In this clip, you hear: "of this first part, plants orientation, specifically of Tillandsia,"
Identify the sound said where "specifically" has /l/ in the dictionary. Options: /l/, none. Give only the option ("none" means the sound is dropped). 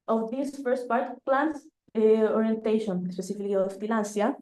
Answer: none